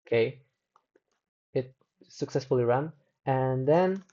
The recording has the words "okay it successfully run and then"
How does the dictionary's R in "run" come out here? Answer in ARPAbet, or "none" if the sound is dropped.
R